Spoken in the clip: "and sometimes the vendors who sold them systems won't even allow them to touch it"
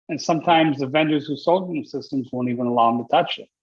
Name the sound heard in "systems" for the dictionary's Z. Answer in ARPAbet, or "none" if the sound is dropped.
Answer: Z